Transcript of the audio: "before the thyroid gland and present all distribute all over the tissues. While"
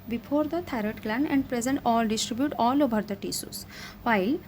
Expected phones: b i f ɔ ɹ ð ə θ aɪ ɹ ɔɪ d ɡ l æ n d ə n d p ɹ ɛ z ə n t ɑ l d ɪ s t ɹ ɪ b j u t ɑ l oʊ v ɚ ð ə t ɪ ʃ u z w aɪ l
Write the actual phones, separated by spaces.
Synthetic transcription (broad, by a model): b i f ɔ ɹ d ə t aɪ ɹ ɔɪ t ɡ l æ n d ə n d p ɹ ɛ z ə n t ɑ l d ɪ s t ɹ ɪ b j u t ɑ l oʊ v ɚ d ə t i s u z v aɪ l